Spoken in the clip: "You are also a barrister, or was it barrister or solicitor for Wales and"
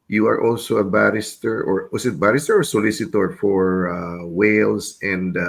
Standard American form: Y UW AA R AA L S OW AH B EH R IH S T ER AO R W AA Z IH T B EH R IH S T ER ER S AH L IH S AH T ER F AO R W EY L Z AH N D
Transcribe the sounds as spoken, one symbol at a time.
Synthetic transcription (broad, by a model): Y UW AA R AA L S OW AH B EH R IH S T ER AO R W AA S IH T B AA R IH S T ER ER S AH L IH S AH T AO F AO R W EY L S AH N D